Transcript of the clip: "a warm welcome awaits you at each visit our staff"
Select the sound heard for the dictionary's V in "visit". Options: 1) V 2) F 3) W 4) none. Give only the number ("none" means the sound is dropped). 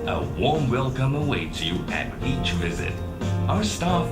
1